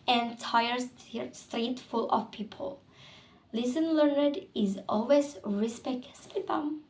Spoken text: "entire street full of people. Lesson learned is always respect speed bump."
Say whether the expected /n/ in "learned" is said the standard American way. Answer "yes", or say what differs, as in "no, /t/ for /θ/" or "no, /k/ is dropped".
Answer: yes